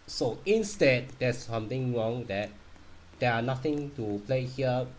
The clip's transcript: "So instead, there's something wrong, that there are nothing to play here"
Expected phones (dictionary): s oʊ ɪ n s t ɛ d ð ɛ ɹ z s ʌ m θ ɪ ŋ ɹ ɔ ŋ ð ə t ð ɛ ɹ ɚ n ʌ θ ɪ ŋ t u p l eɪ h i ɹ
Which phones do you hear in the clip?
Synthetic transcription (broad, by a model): s oʊ ɪ n s t ɛ d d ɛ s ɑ m t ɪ ŋ ɹ ɔ ŋ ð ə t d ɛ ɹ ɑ n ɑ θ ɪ ŋ t u p l eɪ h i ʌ